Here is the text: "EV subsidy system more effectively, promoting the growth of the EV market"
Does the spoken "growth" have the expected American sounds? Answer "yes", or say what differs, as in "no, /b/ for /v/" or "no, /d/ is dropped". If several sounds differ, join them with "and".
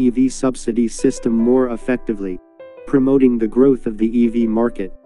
yes